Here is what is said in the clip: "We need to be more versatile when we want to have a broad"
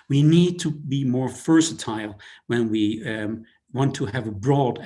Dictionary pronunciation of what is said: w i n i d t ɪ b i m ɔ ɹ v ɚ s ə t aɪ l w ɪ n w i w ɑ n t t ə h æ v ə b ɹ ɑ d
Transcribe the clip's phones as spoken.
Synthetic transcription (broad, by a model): w i n i d t ɪ b i m ɔ ɹ f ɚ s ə t aɪ l w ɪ n w i w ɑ n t t ə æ v ə b ɹ ɑ d